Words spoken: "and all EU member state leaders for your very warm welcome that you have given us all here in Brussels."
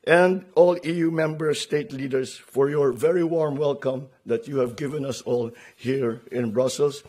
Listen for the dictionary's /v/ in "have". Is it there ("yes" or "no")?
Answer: yes